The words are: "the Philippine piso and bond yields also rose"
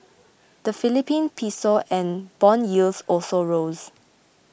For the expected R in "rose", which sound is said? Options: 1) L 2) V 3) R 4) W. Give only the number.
3